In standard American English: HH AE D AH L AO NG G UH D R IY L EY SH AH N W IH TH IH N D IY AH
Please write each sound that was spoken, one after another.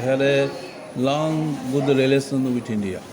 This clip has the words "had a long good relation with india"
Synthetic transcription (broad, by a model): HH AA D AH L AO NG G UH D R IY L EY S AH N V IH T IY N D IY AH